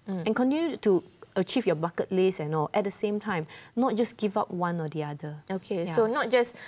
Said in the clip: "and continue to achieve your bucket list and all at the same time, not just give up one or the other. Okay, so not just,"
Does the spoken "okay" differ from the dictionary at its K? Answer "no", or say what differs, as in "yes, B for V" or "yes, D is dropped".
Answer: no